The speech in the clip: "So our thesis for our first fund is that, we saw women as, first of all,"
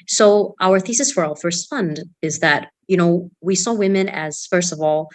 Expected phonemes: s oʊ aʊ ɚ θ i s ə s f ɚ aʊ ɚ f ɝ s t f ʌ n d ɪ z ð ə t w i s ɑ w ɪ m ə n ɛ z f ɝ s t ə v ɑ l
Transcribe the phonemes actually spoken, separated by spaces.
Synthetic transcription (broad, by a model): s oʊ aʊ ɚ θ i s ə s f ɚ aʊ ɚ f ɝ s t f ʌ n d ɪ z ð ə t w i s ɑ w ɪ m ə n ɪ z f ɝ s t ə v ɑ l